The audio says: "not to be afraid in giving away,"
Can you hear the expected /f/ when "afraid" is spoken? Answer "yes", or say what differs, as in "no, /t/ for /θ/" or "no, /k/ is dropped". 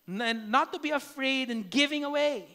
yes